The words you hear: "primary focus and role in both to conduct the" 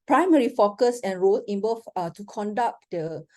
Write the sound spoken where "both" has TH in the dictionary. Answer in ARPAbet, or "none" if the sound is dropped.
F